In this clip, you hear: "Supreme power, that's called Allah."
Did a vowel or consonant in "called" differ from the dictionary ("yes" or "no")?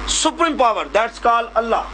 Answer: yes